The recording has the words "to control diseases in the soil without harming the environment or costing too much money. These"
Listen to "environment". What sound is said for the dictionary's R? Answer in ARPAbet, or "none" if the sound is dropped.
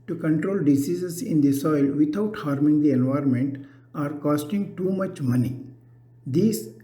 R